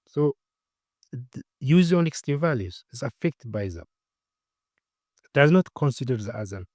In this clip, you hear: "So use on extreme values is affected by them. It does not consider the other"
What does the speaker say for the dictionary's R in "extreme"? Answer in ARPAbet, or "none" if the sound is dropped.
none